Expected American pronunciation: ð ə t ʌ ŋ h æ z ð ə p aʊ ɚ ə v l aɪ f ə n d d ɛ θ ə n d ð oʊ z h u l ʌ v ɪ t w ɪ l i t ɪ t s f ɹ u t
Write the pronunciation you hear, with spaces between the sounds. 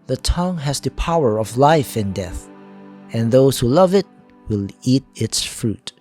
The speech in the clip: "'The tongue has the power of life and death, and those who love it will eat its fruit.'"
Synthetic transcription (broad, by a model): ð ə t ʌ ŋ h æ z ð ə p aʊ ɚ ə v l aɪ f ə n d d ɛ θ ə n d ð oʊ s h u l ʌ v ɪ t w ɪ l i t ɪ t s f ɹ u t